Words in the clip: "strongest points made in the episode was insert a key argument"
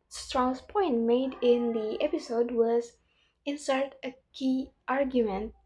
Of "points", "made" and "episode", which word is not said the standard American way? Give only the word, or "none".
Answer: points